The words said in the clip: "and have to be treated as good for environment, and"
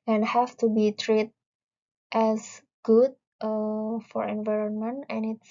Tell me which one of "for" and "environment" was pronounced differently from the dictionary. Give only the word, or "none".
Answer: none